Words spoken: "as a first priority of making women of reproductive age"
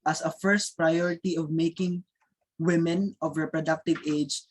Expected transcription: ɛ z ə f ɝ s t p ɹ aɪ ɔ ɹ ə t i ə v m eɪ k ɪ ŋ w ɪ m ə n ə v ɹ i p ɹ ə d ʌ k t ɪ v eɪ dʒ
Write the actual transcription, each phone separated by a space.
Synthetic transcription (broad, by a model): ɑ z ə f ɝ s t p ɹ aɪ ɔ ɹ ə t i ə v m eɪ k ɪ ŋ w ɪ m ə n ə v ɹ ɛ p ɹ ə d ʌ k t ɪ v eɪ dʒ